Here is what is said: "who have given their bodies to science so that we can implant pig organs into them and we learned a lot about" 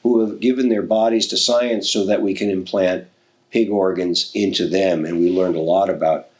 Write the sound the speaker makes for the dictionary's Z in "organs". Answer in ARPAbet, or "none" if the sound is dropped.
Z